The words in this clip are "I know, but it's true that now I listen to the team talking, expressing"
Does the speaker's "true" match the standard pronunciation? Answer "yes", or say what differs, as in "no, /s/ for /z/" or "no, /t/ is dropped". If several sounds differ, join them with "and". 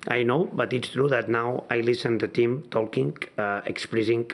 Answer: yes